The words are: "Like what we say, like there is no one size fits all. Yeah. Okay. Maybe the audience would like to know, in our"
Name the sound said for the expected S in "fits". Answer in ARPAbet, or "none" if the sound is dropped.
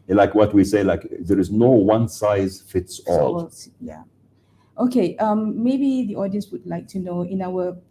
S